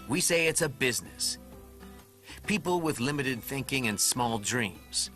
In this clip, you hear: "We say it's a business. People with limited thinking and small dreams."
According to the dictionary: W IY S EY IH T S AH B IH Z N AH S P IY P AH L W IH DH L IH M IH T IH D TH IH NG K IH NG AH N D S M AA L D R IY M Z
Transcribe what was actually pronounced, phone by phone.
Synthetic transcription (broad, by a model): W IY S EY IH T S AH B IH Z N AH S P IY P L W IH DH L IH M IH T IH D TH IH NG K IH NG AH N S M AA L D R IY M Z